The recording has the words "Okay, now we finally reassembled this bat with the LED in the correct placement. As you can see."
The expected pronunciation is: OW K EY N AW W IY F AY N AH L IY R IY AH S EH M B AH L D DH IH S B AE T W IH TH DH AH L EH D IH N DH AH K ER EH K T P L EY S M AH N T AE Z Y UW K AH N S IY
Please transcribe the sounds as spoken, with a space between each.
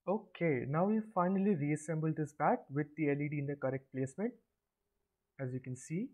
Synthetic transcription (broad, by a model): OW K EY N AW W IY F AY N AH L IY R IY AH S EH M B AH L D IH S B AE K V IH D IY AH L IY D IH N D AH K ER EH K T P L EY S M AH N T AE Z Y UW K AH N S IY